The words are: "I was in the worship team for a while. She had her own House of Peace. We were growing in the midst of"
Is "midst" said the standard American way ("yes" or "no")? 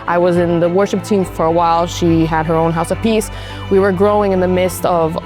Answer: yes